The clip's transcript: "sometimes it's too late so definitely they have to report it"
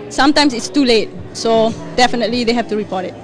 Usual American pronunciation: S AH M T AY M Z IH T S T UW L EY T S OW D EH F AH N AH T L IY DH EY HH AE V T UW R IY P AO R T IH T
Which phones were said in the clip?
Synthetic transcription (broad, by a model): S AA M T AY M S IH T S T UW L EY T S OW D EH F AH N AH T L IY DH EY HH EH F T UW R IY P AO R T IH T